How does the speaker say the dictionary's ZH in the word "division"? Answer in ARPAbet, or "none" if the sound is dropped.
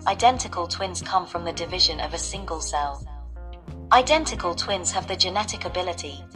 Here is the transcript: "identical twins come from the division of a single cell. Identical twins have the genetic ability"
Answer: ZH